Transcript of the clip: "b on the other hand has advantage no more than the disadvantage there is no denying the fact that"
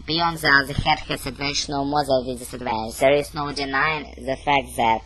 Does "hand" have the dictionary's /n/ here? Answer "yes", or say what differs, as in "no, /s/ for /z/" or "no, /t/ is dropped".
no, /n/ is dropped